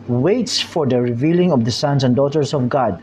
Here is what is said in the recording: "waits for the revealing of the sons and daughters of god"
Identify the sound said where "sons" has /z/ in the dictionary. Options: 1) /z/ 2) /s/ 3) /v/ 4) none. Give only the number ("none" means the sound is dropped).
2